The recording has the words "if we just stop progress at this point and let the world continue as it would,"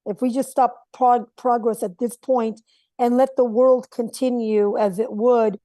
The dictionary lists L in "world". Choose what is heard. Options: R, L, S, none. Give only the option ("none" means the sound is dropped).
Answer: L